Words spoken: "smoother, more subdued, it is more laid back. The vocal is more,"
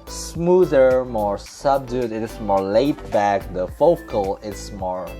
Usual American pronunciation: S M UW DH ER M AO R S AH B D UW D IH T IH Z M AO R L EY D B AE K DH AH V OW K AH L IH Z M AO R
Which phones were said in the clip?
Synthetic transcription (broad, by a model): S M UW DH ER M AO R S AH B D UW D IH T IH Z M AO R L EY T B AE K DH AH F OW K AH L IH S M AO R